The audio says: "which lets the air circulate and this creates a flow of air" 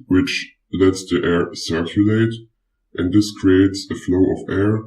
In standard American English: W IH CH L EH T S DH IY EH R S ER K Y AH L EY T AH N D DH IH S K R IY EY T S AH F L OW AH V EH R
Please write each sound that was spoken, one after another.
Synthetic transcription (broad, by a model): W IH CH L EH T S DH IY EH R S ER K Y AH L EY T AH N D DH IH S K R IY EY T S AH F L OW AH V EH R